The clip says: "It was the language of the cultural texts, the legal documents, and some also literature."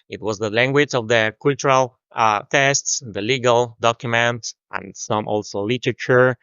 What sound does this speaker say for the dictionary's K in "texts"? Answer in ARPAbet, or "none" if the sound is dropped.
none